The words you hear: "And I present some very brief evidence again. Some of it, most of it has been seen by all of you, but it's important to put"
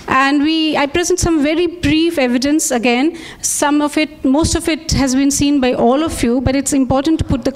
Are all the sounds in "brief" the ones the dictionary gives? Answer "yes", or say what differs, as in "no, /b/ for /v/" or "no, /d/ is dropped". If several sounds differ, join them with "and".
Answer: yes